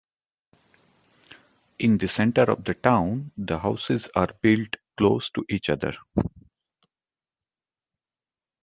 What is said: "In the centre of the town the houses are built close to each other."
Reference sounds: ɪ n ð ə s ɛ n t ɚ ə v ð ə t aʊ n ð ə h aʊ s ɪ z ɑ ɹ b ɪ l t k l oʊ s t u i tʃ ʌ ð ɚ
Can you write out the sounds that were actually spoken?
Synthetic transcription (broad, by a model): ɪ n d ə s ɛ n t ɚ ə v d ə t aʊ n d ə h aʊ s ɪ z ɑ ɹ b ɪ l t k l oʊ s t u i tʃ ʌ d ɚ